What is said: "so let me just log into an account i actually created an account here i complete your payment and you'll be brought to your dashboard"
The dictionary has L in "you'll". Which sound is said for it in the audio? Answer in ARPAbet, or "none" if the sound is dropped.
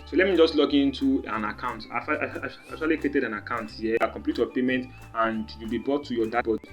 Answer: L